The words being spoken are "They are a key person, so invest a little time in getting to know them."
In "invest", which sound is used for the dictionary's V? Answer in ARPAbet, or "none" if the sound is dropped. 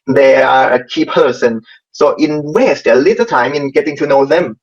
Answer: W